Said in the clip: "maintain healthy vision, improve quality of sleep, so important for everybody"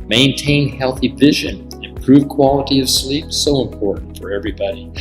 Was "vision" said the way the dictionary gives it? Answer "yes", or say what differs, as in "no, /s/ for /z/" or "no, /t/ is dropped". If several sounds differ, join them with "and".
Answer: yes